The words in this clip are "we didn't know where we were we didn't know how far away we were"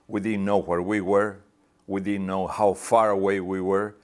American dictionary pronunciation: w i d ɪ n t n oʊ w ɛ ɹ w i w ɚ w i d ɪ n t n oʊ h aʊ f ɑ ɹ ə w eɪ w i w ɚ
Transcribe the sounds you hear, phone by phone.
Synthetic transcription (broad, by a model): w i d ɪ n n oʊ w ɛ ɹ w i w ɚ w i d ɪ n n oʊ h aʊ f ɑ ɹ ə w eɪ w i w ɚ